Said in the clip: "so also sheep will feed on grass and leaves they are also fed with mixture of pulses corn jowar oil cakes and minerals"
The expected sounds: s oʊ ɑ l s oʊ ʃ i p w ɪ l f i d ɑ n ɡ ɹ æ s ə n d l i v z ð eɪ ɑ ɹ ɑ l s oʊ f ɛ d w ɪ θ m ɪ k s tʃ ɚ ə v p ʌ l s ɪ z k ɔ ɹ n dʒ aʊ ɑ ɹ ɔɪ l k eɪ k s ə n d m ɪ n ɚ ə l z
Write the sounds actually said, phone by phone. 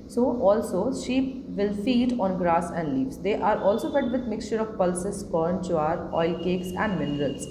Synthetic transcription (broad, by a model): s oʊ ɑ l s oʊ ʃ i p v ɪ l f i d ɑ n ɡ ɹ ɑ s ə n d l i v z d eɪ ɑ ɹ ɑ l s oʊ f ɛ d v ɪ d m ɪ k s tʃ ɚ ə v p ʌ l s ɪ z k ɔ ɹ n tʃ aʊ ɑ ɹ ɔɪ l k eɪ k s ə n d m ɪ n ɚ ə l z